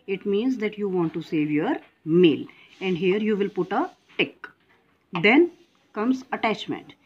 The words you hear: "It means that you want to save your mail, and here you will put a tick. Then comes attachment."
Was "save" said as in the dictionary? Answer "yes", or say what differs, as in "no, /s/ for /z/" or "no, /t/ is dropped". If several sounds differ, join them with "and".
yes